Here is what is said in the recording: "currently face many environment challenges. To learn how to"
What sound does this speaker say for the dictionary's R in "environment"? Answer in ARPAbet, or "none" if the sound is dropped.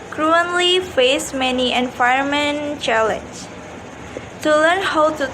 none